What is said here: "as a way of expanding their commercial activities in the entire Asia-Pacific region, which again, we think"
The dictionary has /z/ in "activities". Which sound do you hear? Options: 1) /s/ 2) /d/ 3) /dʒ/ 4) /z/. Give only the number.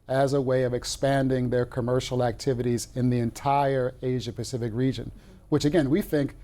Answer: 4